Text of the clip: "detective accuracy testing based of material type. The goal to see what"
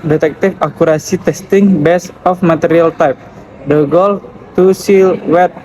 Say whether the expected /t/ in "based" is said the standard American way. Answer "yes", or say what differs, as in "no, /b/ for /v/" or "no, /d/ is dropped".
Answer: no, /t/ is dropped